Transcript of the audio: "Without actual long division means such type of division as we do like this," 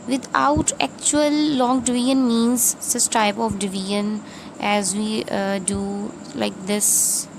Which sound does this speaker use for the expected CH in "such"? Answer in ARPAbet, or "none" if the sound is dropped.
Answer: S